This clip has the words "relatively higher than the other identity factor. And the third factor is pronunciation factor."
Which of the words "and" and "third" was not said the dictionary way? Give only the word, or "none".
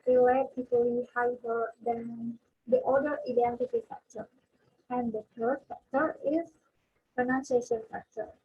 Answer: third